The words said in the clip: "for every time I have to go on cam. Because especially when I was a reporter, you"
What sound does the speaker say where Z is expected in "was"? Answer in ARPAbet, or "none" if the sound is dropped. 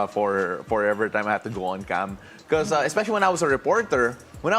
S